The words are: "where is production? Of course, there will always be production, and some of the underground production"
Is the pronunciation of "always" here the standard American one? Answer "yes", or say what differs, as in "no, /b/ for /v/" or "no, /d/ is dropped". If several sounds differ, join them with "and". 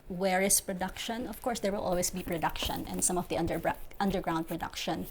no, /s/ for /z/